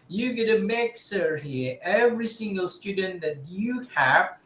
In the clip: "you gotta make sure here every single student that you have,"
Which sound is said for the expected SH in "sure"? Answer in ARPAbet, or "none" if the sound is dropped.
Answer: S